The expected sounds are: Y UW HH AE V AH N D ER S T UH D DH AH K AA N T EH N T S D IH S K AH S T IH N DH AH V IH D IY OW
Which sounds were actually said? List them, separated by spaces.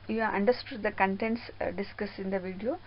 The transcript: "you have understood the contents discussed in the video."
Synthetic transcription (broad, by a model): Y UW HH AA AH N D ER S T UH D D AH K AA N T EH N T S D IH S K AH S IH N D AH V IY D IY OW